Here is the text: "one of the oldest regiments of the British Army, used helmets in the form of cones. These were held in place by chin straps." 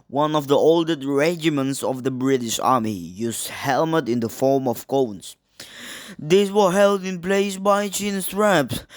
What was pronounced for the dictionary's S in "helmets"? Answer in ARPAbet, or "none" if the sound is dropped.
none